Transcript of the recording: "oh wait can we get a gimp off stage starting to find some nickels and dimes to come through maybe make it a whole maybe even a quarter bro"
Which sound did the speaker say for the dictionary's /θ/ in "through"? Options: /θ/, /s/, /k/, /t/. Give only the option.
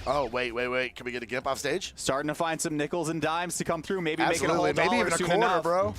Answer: /θ/